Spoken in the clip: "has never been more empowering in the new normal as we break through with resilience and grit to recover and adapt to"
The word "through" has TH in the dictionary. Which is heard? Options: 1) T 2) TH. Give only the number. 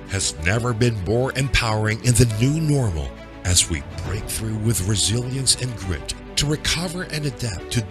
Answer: 2